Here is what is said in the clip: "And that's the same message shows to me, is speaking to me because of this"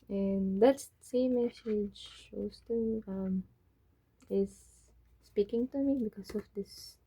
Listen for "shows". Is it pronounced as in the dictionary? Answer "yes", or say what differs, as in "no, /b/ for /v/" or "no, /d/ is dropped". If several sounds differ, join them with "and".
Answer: no, /s/ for /z/